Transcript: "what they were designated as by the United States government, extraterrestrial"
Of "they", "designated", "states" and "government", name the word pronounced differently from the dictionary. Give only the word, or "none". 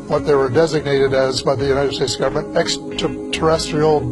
none